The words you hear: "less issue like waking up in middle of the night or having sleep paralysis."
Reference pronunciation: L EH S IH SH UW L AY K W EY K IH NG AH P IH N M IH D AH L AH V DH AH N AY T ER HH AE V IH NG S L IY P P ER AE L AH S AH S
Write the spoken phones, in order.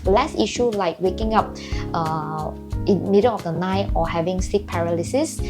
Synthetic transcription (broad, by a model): L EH S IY SH UW L AY K W EY K IH NG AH P IH N M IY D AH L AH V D AH N AY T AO HH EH V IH NG S IY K P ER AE L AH S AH S